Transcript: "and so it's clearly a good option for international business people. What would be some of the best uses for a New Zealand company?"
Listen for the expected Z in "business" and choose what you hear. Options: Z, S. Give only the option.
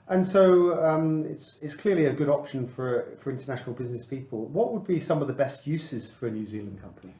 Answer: Z